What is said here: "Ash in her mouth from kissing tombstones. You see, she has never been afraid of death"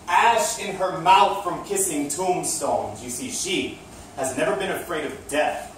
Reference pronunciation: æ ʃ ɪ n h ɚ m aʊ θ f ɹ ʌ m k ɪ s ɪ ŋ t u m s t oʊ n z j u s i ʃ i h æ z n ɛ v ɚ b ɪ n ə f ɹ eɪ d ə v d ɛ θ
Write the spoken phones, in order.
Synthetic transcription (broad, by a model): æ ʃ ɪ n ɚ m aʊ θ f ɹ ʌ m k ɪ s ɪ ŋ t u m s t oʊ n z j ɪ s i ʃ i h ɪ z n ɛ v ɚ b ɪ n ə f ɹ eɪ d ə v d ɛ θ